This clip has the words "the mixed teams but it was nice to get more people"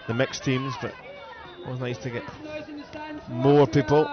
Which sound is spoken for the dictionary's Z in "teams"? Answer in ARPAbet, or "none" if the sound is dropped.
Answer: Z